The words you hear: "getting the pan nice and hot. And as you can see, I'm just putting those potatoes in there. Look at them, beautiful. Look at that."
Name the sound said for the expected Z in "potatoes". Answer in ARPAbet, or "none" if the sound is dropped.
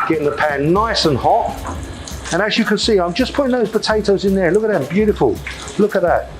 Z